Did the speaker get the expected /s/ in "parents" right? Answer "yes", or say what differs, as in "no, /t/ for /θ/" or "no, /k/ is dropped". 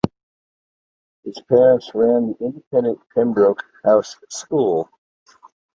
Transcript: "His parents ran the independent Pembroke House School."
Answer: yes